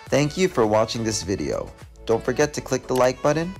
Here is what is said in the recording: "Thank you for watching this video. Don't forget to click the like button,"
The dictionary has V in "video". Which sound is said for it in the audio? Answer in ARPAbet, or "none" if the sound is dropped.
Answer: V